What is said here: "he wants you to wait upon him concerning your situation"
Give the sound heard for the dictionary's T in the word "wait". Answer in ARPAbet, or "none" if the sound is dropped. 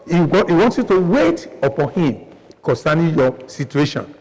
T